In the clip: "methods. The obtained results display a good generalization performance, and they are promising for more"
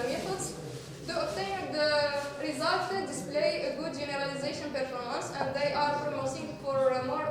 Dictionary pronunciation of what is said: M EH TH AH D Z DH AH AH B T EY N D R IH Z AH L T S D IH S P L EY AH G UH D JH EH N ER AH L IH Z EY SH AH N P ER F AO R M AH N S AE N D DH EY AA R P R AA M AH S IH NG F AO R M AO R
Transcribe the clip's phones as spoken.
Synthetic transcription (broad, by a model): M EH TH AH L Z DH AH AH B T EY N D R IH Z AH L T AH D IH S P L EY AH G UH D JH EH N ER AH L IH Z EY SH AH N P ER F AO R M AH N S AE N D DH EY AA R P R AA M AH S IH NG F AO R M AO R